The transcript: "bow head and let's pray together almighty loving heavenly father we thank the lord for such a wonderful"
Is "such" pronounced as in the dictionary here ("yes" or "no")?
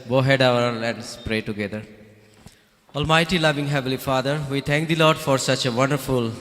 yes